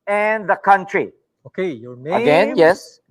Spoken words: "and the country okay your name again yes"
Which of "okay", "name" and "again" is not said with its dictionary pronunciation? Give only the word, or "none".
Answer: name